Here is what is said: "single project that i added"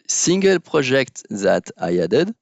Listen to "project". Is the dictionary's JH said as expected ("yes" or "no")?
no